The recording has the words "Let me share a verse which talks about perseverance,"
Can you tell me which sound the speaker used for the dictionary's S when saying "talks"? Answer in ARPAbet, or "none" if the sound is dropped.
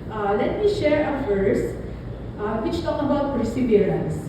none